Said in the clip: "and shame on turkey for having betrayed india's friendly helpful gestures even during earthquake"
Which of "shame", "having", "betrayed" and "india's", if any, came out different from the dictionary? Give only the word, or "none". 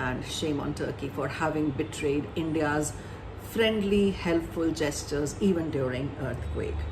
none